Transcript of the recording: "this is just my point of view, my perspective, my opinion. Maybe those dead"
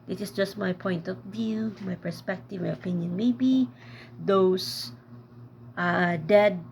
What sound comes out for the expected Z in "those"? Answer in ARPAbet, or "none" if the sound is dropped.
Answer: S